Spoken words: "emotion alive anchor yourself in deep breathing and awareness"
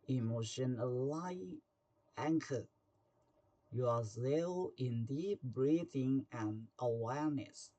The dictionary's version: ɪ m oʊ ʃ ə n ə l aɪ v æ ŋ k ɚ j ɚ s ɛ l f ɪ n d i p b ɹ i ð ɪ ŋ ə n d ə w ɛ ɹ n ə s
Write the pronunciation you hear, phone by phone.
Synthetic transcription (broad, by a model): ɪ m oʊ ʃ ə n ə l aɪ æ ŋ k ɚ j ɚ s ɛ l ɪ n d i p b ɹ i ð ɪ ŋ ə n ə w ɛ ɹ n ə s